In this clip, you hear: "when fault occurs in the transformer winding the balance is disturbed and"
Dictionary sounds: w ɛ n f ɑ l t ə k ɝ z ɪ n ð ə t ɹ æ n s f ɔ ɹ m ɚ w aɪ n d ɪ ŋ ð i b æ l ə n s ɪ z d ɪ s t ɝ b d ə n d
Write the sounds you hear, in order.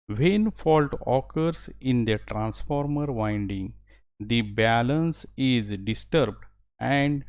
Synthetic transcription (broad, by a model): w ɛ n f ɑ l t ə k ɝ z ɪ n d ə t ɹ æ n s f ɔ ɹ m ɚ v aɪ n d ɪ ŋ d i b æ l ə n s ɪ z d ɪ s t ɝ b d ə n d